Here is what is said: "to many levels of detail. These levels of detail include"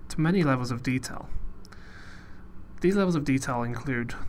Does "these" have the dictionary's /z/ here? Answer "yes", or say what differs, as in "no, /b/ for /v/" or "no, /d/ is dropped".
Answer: yes